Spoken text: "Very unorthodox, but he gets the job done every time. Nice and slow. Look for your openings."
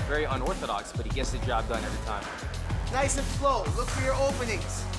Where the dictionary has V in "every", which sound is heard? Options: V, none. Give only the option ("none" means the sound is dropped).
none